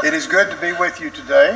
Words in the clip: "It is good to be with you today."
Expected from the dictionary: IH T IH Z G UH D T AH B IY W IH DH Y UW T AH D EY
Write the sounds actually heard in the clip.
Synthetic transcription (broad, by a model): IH T IH Z G UH D T AH B IY W IH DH Y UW T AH D EY